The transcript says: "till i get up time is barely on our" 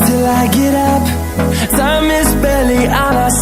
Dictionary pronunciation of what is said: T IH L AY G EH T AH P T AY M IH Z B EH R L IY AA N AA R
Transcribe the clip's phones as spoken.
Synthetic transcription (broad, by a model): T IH L AY G EH T AH P S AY M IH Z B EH L IY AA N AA